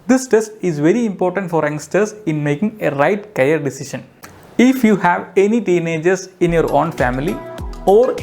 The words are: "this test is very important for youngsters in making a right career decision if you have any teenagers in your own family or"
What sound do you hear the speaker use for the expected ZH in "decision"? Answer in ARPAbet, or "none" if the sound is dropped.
SH